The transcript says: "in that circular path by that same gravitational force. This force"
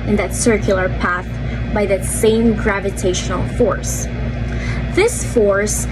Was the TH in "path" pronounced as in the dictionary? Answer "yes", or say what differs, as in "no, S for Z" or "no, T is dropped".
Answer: yes